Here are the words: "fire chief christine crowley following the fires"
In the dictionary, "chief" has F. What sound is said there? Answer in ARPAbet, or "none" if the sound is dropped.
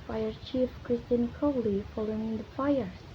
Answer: F